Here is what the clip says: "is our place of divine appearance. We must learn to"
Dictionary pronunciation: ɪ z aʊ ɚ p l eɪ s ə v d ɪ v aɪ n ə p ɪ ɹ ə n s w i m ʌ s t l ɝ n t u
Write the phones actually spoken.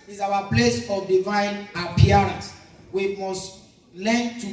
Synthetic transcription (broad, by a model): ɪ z aʊ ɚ p l eɪ s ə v d ɪ v aɪ n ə p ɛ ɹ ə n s w i m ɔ s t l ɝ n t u